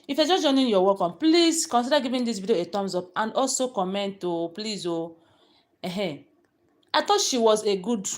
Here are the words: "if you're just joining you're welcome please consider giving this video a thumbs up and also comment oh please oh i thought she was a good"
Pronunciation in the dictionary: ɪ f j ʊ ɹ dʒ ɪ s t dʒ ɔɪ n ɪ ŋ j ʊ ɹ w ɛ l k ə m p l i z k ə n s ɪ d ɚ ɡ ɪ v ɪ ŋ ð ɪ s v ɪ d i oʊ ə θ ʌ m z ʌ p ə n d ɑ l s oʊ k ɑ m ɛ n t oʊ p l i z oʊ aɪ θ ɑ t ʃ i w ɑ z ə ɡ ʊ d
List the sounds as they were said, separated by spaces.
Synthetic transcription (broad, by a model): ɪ f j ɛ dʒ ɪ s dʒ ɔɪ n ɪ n j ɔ w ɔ k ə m p l i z k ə n s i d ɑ ɡ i v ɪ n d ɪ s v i d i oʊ ə t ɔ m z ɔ p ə n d ɑ l s oʊ k ɑ m ɛ n t oʊ p l i z oʊ aɪ t ɑ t ʃ i w ɑ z ə ɡ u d